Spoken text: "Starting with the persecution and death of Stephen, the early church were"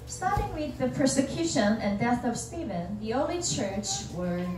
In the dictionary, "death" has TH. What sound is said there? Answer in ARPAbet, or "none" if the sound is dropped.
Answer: TH